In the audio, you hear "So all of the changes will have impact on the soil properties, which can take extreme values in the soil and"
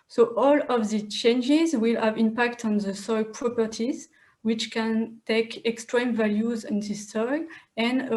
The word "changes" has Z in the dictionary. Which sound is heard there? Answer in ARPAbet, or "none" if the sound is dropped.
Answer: Z